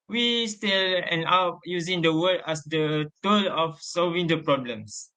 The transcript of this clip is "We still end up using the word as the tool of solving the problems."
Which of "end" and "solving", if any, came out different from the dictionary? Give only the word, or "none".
end